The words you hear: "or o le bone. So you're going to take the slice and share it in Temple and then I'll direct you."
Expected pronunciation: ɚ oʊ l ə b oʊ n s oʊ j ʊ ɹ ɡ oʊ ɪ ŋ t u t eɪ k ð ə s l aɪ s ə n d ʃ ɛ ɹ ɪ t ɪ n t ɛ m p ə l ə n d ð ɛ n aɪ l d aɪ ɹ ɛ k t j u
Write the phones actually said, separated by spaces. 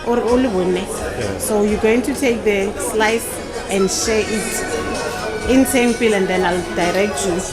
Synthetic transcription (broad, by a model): oʊ l ə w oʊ n s oʊ j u ɡ oʊ ɪ ŋ t u t eɪ k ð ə s l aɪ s ə n d ʃ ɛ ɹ ɪ t ɪ n s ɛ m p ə l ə n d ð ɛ n aɪ l d aɪ ɹ ɛ k t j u